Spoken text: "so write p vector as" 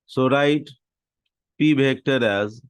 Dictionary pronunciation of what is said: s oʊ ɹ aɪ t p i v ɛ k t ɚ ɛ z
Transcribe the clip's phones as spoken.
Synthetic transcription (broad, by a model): s oʊ ɹ aɪ t p i b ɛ k t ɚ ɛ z